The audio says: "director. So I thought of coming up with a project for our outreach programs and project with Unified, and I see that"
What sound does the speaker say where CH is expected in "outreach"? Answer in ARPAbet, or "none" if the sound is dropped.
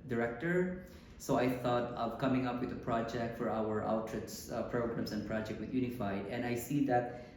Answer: S